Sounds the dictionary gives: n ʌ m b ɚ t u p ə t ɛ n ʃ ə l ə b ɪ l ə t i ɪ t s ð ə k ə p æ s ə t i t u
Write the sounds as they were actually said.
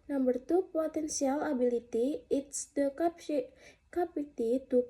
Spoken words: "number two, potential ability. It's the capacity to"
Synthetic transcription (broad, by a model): n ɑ m b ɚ t u p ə t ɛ n s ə l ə b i l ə t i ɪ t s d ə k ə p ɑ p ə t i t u